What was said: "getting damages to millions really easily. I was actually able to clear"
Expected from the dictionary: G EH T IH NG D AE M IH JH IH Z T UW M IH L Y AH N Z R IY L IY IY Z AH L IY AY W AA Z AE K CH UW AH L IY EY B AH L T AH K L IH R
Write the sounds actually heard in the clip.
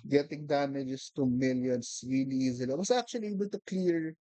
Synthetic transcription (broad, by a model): G EH T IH NG D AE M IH JH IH S T UW M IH L Y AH N S R IY L IY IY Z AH L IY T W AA S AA K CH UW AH L IY EY B AH L T AH K L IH R